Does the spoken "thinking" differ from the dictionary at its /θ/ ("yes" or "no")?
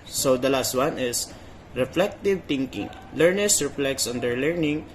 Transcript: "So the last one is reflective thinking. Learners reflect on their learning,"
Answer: yes